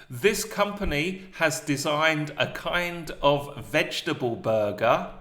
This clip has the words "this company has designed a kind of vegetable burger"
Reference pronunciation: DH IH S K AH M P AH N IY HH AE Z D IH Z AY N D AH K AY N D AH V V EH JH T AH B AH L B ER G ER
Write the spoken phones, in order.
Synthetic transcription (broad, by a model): DH IH S K AH M P AH N IY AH Z D IH Z AY N D AH K AY N D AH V V EH JH T AH B AH L B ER G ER